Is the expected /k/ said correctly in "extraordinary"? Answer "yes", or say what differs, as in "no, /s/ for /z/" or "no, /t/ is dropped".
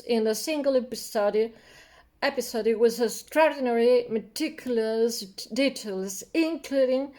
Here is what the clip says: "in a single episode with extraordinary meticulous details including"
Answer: no, /k/ is dropped